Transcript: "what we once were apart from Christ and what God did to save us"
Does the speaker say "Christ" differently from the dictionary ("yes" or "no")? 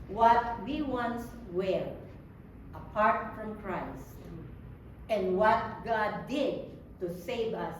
no